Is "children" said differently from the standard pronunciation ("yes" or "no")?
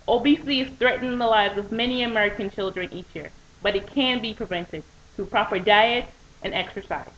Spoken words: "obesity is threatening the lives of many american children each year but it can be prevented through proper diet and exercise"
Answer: no